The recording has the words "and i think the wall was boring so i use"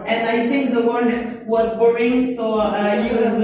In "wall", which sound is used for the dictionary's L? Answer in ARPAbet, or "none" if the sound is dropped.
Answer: N